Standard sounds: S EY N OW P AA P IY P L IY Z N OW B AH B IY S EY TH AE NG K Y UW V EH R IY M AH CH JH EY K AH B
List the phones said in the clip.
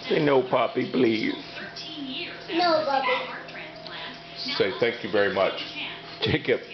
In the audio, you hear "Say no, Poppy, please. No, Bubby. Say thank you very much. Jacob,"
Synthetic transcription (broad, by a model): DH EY N OW P AA P IY B L IY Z N OW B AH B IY S EY TH AE NG K Y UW V EH R IY M AH CH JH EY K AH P